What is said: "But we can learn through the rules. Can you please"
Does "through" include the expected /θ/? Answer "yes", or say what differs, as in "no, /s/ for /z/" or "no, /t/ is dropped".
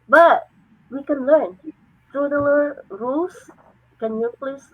no, /t/ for /θ/